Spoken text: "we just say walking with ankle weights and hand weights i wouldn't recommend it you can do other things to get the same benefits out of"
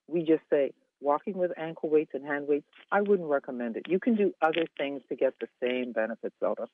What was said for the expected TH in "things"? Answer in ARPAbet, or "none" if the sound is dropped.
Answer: TH